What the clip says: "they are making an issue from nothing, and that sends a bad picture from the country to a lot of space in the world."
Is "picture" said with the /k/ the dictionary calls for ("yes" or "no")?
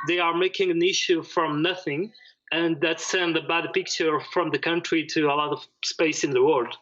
yes